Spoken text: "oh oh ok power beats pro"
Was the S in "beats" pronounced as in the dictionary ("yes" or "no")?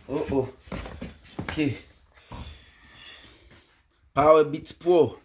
no